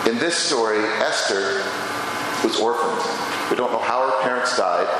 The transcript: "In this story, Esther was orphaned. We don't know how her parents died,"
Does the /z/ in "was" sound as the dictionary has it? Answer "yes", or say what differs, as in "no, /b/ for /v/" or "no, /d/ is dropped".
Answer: yes